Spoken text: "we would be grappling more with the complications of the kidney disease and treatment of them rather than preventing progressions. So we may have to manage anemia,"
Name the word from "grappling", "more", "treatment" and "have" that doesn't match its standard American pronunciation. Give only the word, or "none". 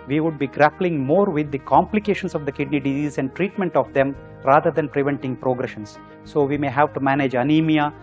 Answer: none